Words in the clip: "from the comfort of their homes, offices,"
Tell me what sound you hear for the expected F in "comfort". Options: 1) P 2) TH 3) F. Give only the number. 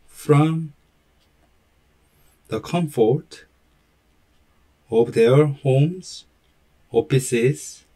3